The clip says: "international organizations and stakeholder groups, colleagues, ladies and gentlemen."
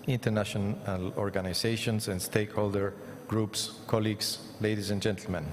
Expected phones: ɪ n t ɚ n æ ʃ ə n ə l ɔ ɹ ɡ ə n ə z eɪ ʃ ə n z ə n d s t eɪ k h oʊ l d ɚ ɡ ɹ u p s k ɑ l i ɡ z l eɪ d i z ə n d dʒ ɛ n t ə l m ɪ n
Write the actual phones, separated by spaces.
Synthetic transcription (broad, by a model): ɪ n t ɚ n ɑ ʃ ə n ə l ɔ ɹ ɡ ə n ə s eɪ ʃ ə n s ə n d s t eɪ k h oʊ l d ɚ ɡ ɹ u p s k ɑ l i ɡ s l eɪ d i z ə n dʒ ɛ n t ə l m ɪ n